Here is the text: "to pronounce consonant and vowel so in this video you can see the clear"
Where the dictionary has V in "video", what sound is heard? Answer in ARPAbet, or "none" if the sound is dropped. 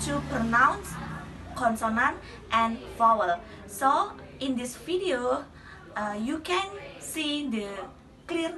F